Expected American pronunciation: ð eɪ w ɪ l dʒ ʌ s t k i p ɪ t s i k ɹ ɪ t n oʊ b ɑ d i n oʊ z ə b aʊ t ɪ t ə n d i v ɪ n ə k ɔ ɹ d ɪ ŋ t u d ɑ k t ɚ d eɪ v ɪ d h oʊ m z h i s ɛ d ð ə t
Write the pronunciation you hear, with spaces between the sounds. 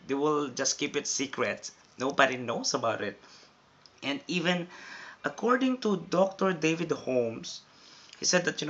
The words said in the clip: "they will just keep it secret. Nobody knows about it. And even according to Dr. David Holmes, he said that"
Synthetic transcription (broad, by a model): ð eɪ w ɪ l dʒ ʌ s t k i p ɪ t s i k ɹ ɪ t n oʊ b ɑ d i n oʊ s ə b aʊ t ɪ t ə n d i v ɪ n ə k ɔ ɹ d ɪ ŋ t u d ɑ k t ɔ d eɪ v ɪ d h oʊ m s h i s ɛ d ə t